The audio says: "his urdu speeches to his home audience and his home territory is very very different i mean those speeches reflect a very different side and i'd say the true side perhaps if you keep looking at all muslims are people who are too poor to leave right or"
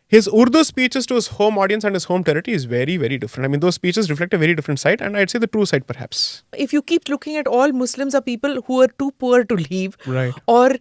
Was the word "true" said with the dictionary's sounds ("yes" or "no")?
yes